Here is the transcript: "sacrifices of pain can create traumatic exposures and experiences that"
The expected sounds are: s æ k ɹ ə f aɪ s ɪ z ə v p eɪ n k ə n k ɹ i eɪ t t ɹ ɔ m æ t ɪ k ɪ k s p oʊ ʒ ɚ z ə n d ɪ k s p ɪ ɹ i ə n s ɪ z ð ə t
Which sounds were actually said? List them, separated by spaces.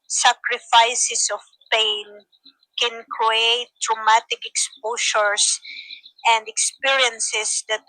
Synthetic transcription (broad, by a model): s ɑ k ɹ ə f aɪ s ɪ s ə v p eɪ n k ə n k ɹ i eɪ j t ɹ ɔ m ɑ t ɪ k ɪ k s p oʊ ʃ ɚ s ə n d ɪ k s p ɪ ɹ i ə n s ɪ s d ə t